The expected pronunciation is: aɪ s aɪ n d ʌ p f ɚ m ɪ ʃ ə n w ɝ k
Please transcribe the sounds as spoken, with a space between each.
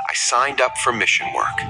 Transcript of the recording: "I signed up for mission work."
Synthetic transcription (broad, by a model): aɪ s aɪ n d ʌ p f ɚ m ɪ ʃ ə n w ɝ k